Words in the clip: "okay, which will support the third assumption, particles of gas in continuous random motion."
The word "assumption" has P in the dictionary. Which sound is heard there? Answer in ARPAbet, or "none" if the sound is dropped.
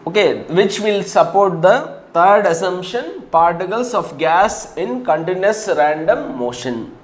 none